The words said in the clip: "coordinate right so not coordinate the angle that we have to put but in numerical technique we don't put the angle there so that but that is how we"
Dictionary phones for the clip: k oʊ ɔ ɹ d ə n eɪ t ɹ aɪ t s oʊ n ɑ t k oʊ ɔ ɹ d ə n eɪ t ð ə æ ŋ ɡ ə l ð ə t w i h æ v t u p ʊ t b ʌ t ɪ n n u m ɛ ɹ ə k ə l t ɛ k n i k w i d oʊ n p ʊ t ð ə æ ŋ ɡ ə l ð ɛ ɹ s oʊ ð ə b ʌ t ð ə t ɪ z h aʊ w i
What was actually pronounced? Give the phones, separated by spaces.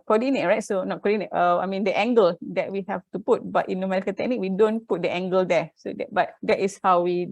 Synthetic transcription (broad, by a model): k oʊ ɔ d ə n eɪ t ɹ aɪ t s oʊ n ɑ t k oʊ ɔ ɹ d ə n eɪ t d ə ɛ ŋ ɡ ə l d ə t w i h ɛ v t u p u t b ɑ t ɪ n n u m ɛ ɹ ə k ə n t ɛ k n i k w i d oʊ n p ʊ t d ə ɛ ŋ ɡ ə l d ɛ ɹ s oʊ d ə b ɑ t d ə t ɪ s h aʊ w i